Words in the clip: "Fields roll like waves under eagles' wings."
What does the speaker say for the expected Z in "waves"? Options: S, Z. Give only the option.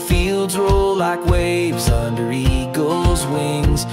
Z